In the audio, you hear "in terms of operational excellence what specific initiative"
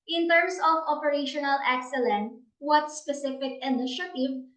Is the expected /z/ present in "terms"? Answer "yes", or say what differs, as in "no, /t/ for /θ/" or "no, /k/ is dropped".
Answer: no, /s/ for /z/